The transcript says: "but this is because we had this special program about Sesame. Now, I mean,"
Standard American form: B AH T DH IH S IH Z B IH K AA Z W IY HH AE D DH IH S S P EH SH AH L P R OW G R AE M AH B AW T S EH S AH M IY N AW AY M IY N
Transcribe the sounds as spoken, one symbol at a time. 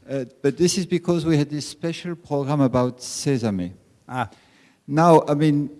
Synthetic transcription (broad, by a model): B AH T DH IH S IH Z B IH K AA Z W IY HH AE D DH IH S S P EH SH AH L P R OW G R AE M AH B AW T S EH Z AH M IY N AW AY M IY N